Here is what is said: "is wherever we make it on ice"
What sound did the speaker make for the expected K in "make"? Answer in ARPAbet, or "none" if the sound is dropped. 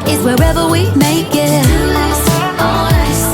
none